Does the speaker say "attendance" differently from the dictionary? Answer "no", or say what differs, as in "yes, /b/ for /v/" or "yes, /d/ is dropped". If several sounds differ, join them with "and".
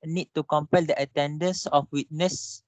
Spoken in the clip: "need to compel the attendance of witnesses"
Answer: no